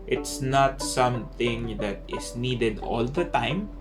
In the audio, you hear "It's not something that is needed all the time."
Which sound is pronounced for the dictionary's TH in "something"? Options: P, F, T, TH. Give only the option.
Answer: T